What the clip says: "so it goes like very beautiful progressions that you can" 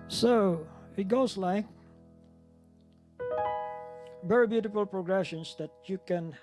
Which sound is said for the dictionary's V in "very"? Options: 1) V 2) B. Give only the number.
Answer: 2